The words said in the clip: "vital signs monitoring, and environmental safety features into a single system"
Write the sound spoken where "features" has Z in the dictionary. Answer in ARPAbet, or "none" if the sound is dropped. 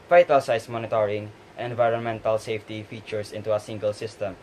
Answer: S